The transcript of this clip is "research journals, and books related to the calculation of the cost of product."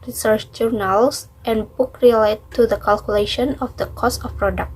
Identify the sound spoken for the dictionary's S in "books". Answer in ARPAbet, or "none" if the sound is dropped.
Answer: none